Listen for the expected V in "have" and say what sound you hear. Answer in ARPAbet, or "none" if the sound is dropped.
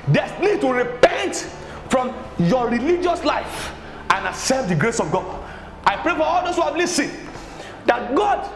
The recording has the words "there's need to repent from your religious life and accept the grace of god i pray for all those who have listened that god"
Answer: P